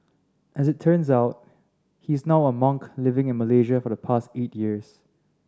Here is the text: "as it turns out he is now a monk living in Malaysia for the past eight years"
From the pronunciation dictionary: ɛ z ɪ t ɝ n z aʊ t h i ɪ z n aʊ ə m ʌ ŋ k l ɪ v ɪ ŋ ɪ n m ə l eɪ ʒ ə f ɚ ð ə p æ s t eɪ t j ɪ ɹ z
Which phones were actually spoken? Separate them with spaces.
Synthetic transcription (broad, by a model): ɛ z ɪ t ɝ n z aʊ t h i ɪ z n aʊ ə m ʌ ŋ k l ɪ v ɪ ŋ ɪ n m ə l eɪ ʒ ə f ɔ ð ə p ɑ s t eɪ t j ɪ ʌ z